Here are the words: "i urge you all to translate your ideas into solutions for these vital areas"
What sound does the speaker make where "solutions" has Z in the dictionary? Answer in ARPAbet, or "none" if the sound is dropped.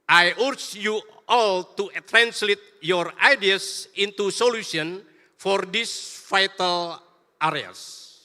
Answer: none